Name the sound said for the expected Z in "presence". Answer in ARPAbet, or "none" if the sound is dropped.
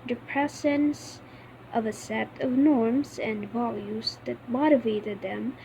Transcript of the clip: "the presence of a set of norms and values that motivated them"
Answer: S